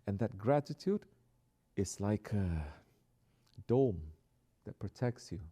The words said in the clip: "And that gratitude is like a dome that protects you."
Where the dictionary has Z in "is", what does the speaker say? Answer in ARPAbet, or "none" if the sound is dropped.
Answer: S